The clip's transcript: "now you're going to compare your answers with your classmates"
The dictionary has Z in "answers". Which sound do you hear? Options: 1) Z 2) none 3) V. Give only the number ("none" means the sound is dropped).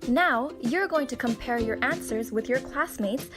1